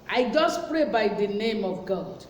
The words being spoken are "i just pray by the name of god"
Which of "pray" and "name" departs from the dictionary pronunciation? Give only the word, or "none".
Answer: none